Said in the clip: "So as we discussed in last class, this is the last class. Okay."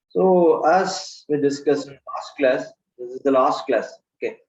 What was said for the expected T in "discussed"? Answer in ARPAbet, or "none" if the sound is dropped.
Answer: none